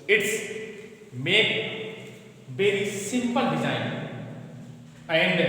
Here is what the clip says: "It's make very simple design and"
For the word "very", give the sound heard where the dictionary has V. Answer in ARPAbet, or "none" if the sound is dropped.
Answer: B